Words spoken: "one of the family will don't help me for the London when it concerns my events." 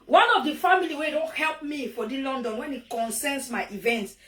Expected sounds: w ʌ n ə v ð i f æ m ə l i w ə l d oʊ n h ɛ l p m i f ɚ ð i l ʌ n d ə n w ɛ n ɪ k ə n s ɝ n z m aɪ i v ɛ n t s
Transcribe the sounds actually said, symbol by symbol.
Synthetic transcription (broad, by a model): w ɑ n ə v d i f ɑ m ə l i w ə d oʊ n h ɛ l p m i f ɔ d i l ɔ n d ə n w ɛ n ɪ k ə n s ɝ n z m aɪ i v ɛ n t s